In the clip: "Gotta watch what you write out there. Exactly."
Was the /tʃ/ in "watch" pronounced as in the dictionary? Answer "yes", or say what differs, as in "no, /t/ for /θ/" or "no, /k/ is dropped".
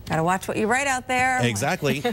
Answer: yes